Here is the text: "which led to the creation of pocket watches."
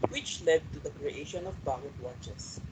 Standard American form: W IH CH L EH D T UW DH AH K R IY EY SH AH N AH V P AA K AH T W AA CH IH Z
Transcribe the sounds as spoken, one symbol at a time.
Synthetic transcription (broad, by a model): W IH CH L EH D T UW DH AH K R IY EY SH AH N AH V B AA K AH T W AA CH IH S